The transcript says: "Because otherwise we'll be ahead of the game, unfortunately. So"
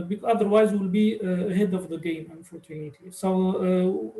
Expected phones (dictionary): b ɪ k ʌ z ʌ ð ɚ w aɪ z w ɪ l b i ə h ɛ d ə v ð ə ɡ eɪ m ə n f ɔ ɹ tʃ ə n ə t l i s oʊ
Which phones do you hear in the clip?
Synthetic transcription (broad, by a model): b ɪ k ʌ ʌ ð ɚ w aɪ z w ɪ l b i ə h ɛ d ə v ð ə ɡ eɪ m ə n f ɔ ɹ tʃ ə n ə t i s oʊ